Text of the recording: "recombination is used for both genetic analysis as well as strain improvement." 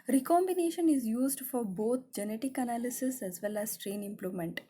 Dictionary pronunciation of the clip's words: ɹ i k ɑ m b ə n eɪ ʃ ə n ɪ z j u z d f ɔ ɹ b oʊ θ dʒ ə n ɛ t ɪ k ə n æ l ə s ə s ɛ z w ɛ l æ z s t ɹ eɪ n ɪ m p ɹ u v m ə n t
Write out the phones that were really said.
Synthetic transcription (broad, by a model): ɹ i k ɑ m b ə n eɪ ʃ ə n ɪ z j u z d f ɔ ɹ b oʊ t dʒ ə n ɛ t ɪ k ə n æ l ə s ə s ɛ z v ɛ l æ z s t ɹ eɪ n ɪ m p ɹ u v m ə n t